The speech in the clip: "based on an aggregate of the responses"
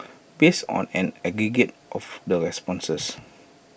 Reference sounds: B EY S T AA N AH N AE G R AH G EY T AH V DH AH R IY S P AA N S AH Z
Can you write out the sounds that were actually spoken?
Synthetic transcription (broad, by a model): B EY S AA N AH N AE G R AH G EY T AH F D AH R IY S P AA N S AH S